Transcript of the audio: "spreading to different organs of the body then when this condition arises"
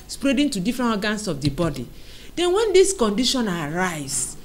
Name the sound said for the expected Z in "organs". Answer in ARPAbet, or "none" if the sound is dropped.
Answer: S